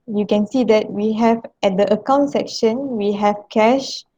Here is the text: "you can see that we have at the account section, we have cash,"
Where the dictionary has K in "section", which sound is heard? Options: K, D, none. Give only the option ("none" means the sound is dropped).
K